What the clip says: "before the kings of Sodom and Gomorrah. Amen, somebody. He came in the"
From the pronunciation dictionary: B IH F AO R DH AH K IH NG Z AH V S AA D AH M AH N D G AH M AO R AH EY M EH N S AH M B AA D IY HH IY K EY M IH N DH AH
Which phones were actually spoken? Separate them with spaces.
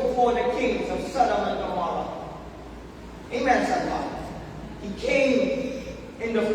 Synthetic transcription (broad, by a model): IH F AO R DH AH K IH NG Z AH V S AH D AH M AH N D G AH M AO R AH EY M EH N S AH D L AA HH IY K EY M IH N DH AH